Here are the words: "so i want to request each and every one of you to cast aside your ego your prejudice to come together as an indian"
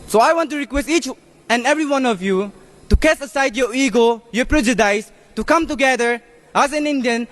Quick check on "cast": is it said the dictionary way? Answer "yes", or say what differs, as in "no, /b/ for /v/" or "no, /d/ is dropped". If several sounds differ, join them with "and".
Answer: no, /t/ is dropped